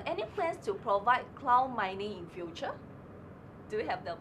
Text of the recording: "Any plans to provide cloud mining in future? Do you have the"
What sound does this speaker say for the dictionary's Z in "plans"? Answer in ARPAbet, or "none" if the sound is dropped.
S